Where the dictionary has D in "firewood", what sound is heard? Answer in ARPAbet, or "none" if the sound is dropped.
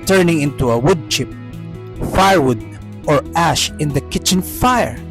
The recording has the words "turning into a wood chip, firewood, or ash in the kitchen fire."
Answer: D